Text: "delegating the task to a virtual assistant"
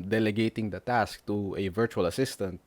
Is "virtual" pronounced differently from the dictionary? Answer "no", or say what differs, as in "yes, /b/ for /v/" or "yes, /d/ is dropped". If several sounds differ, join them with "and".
no